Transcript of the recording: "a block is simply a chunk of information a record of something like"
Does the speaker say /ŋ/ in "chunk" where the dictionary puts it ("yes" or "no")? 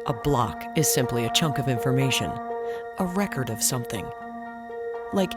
yes